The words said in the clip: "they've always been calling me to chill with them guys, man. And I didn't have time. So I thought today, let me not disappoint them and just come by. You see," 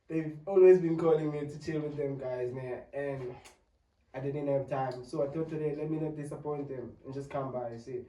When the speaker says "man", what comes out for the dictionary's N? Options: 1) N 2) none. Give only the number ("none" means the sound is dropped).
2